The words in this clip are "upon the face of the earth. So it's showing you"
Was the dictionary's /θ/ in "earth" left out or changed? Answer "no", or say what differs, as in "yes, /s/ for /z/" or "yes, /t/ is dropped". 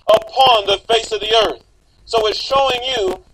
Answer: no